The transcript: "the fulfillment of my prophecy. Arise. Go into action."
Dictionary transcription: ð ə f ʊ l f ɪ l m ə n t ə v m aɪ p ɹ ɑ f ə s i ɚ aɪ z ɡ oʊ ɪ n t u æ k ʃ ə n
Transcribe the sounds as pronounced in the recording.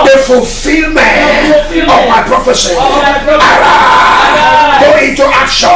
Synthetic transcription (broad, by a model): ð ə f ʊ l f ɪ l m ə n ə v m aɪ p ɹ ɑ f ə s i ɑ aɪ ɡ oʊ ɪ n t u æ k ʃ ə